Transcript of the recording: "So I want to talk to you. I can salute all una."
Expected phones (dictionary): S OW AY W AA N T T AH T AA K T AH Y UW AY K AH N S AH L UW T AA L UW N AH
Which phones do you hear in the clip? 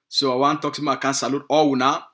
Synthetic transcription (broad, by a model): S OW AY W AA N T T T AA K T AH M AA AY K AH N S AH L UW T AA W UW N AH